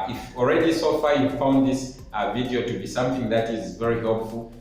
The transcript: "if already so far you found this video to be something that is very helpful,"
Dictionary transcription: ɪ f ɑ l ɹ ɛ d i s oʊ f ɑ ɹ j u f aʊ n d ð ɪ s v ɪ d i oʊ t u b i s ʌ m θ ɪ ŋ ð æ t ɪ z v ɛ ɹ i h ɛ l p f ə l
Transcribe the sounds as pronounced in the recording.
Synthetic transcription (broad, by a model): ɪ f ɑ l ɹ ɛ d i s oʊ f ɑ j u f aʊ n d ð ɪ s v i d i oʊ t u b i s ʌ m θ ɪ ŋ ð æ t ɪ z v ɛ ɹ i h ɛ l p f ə l